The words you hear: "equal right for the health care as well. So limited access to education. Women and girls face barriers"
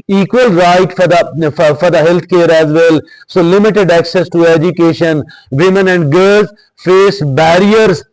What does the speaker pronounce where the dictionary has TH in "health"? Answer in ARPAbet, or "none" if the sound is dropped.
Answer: T